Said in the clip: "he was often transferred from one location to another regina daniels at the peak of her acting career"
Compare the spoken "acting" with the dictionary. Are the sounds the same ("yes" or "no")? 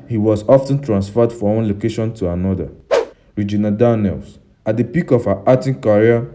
no